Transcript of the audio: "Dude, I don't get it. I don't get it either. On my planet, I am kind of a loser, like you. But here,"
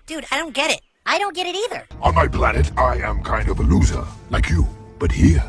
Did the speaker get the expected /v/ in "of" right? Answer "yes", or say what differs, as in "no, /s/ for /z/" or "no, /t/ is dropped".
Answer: yes